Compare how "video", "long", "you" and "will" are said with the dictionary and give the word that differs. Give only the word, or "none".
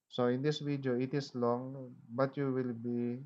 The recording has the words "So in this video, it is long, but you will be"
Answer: video